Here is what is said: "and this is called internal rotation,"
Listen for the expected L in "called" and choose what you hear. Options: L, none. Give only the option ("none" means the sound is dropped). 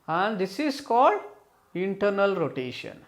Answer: L